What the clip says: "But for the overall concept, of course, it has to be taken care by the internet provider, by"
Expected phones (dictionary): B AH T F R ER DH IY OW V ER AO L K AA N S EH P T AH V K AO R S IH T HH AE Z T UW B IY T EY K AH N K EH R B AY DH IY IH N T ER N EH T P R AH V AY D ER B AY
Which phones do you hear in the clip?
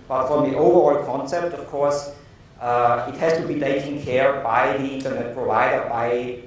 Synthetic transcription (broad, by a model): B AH T F R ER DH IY OW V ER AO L K AA N S EH P T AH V K AO R S IH T HH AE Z T UW B IY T EY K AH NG K EH R B AY DH IY IH N T ER N EH T P R AH V AY D ER B AY